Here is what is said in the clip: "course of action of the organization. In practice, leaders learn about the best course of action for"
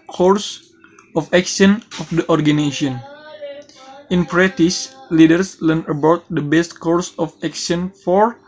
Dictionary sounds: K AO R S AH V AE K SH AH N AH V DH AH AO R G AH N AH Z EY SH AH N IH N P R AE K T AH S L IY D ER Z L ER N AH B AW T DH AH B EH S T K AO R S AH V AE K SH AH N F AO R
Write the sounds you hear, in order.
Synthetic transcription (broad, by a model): K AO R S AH F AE K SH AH N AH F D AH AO R G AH N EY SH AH N IH N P R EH T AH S L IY D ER S L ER N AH B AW T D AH B EH S T K AO R S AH F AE K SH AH N F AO R